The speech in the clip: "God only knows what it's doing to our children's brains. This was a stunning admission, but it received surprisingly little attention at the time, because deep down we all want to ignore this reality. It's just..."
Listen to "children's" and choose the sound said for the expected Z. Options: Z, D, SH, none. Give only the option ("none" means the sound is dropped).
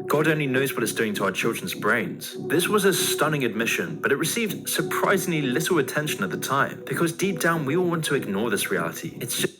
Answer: Z